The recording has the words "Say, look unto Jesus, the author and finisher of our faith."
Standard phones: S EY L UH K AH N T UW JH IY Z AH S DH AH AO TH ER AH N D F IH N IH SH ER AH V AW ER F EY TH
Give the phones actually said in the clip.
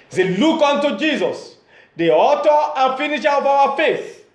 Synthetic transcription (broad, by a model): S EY L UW K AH N T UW JH IY Z AH S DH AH AO T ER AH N F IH N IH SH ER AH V AW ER F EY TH